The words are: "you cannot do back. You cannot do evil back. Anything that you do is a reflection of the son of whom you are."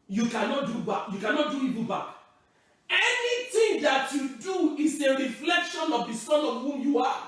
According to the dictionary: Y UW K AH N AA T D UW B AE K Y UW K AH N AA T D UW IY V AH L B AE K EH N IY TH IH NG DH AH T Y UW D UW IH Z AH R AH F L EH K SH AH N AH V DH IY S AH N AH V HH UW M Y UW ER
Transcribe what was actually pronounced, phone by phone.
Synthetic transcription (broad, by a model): Y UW K AH N AA T D UW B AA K Y UW K AH N AA T D UW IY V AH B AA K EH N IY T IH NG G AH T Y UW D UW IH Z AH R AH F L EH K SH AH N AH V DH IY S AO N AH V HH UW M Y UW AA